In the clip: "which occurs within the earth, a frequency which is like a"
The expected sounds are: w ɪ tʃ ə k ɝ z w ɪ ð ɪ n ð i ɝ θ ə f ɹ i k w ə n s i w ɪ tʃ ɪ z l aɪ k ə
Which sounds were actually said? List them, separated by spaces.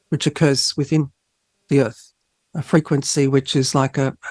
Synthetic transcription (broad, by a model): w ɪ tʃ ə k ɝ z w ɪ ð ɪ n ð i ɝ θ ə f ɹ i k w ə n s i w ɪ tʃ ɪ z l aɪ k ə